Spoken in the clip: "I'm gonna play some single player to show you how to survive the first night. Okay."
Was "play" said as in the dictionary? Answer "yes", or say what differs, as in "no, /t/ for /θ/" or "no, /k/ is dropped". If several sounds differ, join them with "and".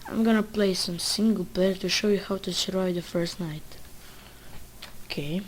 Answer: yes